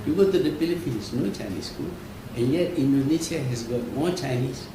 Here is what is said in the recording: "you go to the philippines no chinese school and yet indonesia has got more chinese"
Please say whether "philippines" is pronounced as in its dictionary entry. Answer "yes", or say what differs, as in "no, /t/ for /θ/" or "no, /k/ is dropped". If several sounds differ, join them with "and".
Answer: no, /p/ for /f/